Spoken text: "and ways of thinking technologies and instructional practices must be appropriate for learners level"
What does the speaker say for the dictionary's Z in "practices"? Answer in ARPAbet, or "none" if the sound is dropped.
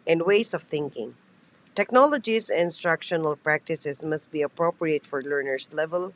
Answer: S